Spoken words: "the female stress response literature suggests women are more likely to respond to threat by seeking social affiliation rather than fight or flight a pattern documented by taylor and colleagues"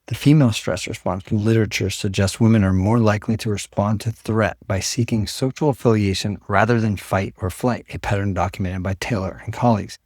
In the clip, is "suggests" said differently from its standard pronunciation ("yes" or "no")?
no